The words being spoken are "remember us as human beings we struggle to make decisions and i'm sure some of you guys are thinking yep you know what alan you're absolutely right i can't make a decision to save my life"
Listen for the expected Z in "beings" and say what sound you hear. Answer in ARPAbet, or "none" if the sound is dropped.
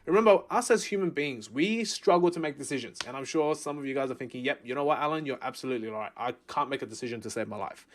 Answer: Z